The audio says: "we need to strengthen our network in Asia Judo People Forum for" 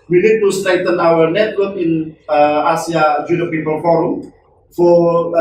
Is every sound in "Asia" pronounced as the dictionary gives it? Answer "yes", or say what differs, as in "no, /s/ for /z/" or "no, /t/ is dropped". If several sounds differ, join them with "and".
no, /s/ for /ʒ/